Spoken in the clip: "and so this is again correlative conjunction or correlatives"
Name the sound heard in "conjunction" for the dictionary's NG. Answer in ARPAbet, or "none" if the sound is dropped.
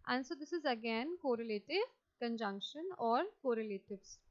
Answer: NG